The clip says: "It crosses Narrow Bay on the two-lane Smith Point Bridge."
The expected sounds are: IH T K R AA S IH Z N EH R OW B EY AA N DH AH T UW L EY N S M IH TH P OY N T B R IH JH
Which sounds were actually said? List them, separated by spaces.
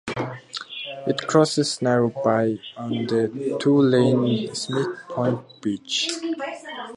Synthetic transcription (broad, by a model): IH T K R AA S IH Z N EH R OW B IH AA N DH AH T UW L EY N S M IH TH P OY N T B IH CH